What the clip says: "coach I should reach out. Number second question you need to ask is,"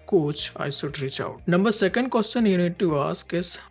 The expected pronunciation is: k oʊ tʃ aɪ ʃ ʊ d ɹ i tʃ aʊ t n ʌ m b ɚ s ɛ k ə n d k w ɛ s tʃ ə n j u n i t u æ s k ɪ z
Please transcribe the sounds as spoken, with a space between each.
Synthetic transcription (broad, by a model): k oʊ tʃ aɪ s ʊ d ɹ i tʃ aʊ t n ʌ m b ɚ s ɛ k ə n d k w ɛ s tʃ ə n j u n i t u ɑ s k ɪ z